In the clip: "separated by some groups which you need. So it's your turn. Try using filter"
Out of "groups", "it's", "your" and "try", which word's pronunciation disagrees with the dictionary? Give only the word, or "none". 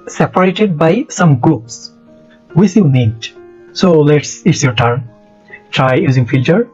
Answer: groups